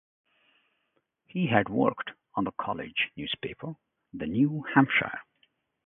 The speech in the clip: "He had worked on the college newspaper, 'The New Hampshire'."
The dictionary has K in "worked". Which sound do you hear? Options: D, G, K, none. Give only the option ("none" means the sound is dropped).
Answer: K